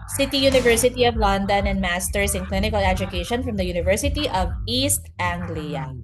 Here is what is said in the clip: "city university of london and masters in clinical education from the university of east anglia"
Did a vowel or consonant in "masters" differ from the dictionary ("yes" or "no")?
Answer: yes